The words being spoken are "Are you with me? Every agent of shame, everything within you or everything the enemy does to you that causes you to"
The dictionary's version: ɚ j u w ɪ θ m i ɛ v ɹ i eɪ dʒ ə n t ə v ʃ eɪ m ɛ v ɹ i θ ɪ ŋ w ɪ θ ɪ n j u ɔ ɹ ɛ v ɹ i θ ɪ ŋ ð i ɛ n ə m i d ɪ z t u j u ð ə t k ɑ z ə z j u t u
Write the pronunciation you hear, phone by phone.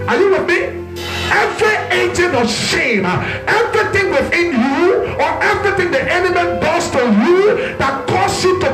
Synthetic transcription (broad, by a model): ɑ j u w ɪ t m i ɛ v ɹ i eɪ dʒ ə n ə ʃ eɪ m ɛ v ɹ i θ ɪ ŋ w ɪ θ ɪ n j u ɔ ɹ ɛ v ɹ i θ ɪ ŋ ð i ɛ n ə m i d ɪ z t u j u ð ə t k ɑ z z j u t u